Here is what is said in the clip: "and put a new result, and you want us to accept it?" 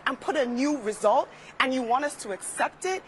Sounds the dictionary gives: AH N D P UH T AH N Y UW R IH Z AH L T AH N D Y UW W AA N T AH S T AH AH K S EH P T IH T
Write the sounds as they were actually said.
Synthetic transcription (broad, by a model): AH N P UH T AH N Y UW R IH Z AH L T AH N Y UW W AA N T AH S T AH AH K S EH P T IH T